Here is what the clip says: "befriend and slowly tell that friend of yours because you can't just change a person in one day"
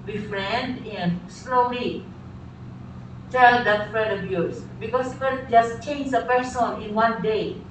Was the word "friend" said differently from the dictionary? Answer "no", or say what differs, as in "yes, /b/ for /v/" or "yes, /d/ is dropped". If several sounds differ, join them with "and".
yes, /n/ is dropped